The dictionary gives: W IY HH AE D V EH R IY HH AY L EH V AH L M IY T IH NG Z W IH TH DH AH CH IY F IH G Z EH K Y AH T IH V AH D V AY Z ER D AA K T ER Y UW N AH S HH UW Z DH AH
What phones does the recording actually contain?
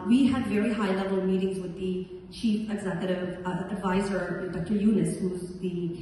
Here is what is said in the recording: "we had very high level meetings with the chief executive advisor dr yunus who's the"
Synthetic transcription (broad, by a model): W IY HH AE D V EH R IY HH AY L EH V AH L M IY T IH NG Z W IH DH AH CH IY F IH G Z EH K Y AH T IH V AH D V AY Z ER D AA K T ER Y UW N AH S HH UW Z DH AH